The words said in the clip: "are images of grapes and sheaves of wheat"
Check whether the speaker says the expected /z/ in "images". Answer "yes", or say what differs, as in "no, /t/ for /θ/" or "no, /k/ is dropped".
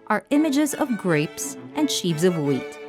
yes